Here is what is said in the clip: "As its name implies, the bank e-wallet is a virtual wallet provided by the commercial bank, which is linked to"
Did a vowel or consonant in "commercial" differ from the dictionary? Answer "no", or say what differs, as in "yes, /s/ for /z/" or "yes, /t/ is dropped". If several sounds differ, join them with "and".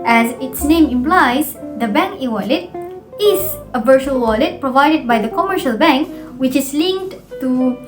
no